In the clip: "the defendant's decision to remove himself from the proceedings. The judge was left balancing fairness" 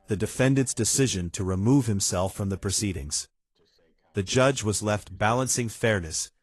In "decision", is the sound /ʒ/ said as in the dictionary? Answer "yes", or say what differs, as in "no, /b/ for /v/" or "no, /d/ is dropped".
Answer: yes